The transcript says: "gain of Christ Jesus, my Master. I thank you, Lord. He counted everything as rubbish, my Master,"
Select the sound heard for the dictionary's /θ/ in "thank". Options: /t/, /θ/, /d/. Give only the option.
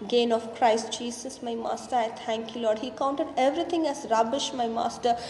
/t/